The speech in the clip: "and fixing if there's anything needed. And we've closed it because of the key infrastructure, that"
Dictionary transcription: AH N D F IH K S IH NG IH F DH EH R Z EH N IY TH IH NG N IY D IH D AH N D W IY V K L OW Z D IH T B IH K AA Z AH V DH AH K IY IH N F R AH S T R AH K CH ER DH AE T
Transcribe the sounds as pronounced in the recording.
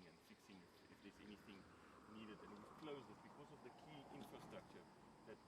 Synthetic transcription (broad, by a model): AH N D F IH K S IH NG IH F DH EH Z EH N IY TH IH NG N IY D IH D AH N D W IY V K L OW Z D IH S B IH K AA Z AH V DH AH K IY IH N F R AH S T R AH K CH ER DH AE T